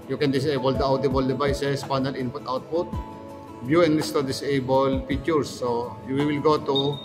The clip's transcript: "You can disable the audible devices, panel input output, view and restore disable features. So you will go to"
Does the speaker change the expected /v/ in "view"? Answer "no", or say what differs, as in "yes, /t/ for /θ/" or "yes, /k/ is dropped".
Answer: yes, /b/ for /v/